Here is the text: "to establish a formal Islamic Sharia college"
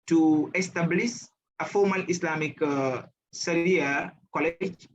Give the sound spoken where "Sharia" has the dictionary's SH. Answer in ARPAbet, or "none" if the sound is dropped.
S